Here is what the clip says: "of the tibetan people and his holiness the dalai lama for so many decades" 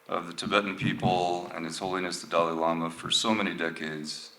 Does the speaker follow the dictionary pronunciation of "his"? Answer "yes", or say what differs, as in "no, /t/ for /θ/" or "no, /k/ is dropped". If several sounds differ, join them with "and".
no, /s/ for /z/